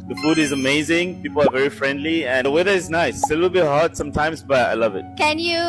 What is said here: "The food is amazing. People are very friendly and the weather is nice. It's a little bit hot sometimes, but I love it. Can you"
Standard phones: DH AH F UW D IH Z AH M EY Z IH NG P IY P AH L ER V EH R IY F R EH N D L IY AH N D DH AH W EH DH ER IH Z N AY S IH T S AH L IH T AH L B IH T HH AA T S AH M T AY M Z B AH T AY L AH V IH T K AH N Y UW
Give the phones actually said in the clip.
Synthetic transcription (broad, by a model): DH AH F UW D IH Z AH M EY Z IH NG P IY P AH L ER V EH R IY F R EH N D L IY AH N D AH W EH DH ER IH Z N AY S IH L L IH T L B IH T HH AA T S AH M T AY M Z B AH T AY L AH V IH T K AH N Y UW